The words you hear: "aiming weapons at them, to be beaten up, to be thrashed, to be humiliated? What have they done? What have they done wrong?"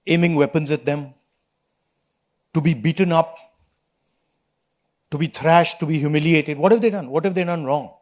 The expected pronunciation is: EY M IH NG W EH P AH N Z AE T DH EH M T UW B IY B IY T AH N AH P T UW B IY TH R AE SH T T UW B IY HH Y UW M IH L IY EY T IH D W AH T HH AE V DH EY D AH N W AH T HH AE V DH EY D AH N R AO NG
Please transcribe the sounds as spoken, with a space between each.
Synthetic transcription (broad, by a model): EY M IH NG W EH P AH N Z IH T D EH M T UW B IY B IY T AH N AH P T UW B IY T R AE SH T T UW B IY HH Y UW M IH L IY EY T IH D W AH T HH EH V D EY D AH N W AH T HH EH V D EY D AH N R AO NG